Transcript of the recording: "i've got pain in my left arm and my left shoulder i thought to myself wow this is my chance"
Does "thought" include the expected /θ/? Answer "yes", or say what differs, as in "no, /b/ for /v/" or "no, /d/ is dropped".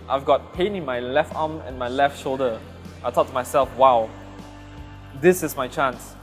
no, /t/ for /θ/